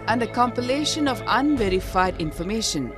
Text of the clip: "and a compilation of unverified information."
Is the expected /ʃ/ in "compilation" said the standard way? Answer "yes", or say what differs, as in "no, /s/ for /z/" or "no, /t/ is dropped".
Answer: yes